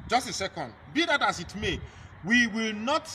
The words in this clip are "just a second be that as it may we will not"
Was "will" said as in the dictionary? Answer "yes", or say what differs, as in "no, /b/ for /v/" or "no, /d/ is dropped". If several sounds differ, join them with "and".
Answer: yes